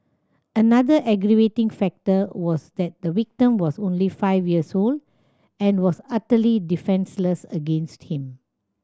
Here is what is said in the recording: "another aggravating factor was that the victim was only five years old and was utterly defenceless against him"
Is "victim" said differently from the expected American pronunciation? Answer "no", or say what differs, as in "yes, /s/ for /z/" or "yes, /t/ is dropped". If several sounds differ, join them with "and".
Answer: yes, /w/ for /v/